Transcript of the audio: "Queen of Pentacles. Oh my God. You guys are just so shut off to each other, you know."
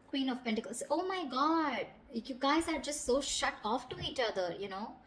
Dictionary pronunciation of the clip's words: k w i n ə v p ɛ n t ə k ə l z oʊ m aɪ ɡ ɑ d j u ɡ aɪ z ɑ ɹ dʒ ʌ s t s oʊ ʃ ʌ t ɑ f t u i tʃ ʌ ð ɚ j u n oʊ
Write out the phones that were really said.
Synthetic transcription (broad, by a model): k w i n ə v p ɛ n t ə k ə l s oʊ m aɪ ɡ ɑ d j u ɡ aɪ z ɑ ɹ dʒ ʌ s t s oʊ ʃ ʌ t ɑ f t u i tʃ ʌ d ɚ j u n oʊ